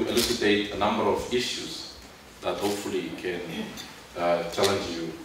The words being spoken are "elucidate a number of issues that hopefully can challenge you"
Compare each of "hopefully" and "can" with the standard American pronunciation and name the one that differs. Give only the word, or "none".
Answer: none